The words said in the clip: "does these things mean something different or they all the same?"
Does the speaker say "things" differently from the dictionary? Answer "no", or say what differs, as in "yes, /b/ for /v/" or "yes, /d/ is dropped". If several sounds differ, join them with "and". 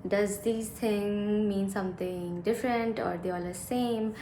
yes, /t/ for /θ/ and /z/ is dropped